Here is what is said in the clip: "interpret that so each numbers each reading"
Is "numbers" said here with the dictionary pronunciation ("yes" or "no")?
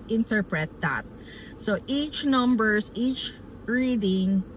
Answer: no